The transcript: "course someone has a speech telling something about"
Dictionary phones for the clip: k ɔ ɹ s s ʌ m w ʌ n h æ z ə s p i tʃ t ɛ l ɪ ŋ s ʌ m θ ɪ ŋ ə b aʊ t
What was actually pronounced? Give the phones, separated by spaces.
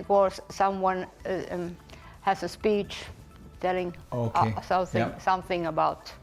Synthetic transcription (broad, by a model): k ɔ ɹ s s ʌ m w ʌ n h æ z ə s p i tʃ t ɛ l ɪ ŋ s ʌ m θ ɪ ŋ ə b aʊ t